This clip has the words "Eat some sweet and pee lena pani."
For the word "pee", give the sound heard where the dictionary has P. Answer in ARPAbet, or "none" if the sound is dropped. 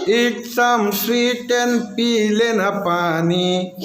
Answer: P